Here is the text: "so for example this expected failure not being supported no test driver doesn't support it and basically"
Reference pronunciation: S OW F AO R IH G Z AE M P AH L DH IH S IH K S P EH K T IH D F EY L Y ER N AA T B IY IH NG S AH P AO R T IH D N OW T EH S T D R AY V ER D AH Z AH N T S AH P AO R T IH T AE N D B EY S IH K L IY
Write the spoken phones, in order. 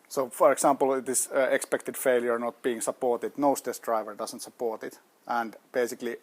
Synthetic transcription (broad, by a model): S OW F AO R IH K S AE M P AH L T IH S IH K S P EH K T IH D F EY L Y ER N AA T B IY IH NG S AH P AO R T IH D N OW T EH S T D R AY V ER D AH S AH N T S AH P AO R T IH T AE N D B EY S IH K L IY